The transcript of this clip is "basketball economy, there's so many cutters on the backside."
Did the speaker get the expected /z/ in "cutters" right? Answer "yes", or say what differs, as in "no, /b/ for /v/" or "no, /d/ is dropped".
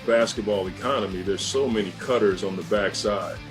yes